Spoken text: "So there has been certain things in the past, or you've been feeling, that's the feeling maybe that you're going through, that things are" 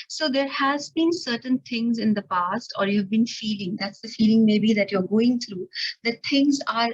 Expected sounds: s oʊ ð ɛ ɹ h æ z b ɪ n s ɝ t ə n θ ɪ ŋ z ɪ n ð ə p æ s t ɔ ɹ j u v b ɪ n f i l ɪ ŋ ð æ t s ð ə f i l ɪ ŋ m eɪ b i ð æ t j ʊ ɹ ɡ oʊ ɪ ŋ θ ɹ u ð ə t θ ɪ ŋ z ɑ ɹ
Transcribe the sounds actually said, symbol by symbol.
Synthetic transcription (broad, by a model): s oʊ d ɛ ɹ h æ z b ɪ n s ɝ t ə n t ɪ ŋ z ɪ n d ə p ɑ s t ɔ ɹ j u v b ɪ n f i l ɪ ŋ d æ t s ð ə f i l ɪ ŋ m eɪ b i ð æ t j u ɹ ɡ oʊ ɪ ŋ t ɹ u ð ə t t ɪ ŋ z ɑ ɹ